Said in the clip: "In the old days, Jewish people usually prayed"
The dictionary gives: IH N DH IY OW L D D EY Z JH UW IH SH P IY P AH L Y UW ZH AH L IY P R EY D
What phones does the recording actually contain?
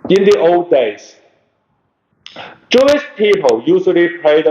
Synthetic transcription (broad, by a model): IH N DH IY OW L D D EY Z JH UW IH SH P IY P AH L Y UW S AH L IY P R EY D